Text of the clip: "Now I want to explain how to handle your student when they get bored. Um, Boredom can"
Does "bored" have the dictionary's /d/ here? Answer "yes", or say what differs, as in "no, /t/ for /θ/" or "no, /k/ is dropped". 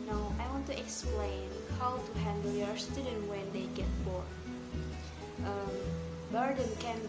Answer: no, /d/ is dropped